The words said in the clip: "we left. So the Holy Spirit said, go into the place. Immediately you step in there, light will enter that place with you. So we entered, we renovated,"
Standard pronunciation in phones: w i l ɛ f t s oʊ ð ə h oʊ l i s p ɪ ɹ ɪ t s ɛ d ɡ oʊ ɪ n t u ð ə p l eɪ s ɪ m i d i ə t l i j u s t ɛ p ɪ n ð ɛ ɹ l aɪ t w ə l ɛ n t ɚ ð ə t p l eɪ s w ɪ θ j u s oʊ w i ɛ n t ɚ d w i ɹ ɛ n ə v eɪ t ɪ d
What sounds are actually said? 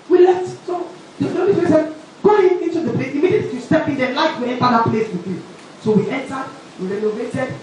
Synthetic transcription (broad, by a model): w i l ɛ t s oʊ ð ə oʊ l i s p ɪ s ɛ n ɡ oʊ ɪ n t u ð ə p l eɪ s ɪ m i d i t i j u s t ɛ p ɪ n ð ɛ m l aɪ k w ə ɛ n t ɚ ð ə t p l eɪ s w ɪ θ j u s oʊ w i ɛ n t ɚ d w i ɹ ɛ n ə v eɪ t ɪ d